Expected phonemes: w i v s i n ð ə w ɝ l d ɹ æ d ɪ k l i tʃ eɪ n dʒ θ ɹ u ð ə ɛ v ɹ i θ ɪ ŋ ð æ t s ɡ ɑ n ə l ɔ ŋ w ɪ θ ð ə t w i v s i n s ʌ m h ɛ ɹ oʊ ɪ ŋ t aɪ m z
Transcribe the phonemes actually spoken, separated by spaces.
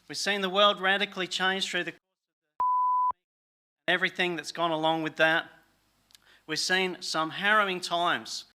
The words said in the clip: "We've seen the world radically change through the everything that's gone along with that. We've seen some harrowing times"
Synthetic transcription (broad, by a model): w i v s i n ð ə w ɝ l d ɹ æ d ɪ k l i tʃ eɪ n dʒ θ ɹ u ð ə ɛ v ɹ i θ ɪ ŋ ð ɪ t s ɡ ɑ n ə l ɔ ŋ w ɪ ð ə t w i v s i n s ʌ m h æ ɹ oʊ ɪ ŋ t aɪ m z